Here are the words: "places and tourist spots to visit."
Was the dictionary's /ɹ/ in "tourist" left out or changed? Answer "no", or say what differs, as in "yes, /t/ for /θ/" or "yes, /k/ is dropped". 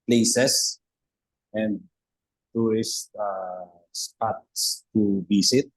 yes, /ɹ/ is dropped